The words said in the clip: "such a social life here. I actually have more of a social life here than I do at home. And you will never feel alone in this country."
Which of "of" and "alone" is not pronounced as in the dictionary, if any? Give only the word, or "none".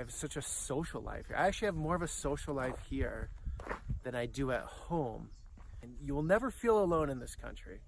none